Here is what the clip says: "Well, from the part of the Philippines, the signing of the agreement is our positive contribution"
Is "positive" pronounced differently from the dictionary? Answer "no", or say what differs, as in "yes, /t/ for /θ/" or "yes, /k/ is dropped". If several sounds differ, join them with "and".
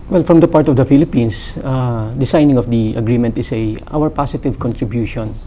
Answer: yes, /s/ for /z/